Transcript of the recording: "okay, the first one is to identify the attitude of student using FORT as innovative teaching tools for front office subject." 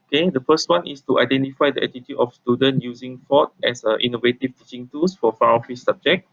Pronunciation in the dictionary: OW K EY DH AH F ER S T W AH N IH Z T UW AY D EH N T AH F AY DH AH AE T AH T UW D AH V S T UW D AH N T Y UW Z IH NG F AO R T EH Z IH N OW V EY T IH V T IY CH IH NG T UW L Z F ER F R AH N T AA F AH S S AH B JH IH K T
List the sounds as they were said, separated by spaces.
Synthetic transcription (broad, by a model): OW K EY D AH F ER S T W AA N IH S T UW AY D EH N T AH F AY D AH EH T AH T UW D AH F S T UW D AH N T Y UW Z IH NG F AO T EH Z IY N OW V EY T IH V T IY CH IH NG T UW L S F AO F AA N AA F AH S S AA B JH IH K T